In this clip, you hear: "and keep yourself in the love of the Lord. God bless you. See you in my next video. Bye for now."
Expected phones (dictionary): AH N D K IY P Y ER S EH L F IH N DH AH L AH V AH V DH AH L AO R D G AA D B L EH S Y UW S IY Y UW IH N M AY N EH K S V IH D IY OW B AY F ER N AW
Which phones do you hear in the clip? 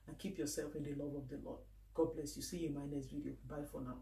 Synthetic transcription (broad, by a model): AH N K IY P Y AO S EH L F IH N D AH L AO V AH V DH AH L AO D G AA D B L EH S Y UW S IY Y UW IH M AY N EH S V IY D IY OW B AY F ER N AW